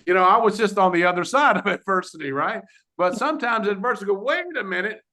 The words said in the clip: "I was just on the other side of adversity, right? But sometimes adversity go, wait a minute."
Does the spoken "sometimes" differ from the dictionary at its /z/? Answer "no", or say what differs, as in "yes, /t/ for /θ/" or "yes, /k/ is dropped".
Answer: no